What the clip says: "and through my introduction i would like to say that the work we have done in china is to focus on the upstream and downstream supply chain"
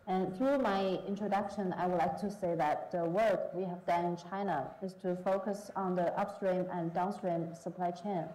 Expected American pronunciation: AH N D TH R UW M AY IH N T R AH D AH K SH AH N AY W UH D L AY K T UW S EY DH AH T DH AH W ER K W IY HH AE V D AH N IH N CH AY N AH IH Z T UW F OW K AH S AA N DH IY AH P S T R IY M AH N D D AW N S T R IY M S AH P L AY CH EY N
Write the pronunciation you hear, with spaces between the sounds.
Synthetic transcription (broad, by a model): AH N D TH R UW M AY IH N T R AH D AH K SH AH N AY W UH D L AY K T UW S EY DH AH T DH AH W ER K W IY HH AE V D AH N IH N CH AY N AH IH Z T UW F OW K AH S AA N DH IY AH P S T R IY M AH N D D AW N S T R IY M S AH P L AY CH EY N